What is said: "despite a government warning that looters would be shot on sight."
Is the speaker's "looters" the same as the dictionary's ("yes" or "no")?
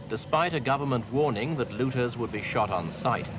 yes